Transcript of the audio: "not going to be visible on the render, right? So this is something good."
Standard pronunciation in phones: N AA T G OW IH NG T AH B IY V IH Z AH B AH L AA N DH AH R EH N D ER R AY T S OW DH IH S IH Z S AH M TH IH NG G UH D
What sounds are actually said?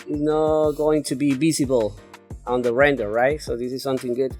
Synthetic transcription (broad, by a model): N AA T G OW IH NG T AH B IY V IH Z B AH L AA N DH AH R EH N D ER R AY T S OW DH IH S IH Z S AH M TH IH NG G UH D